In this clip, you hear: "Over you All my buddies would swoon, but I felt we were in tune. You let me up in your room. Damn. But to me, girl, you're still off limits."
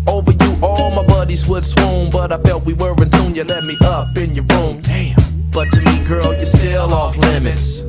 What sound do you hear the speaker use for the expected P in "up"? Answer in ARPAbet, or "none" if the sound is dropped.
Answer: P